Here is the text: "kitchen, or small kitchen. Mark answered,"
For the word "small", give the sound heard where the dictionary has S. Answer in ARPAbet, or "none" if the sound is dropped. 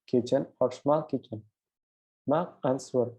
SH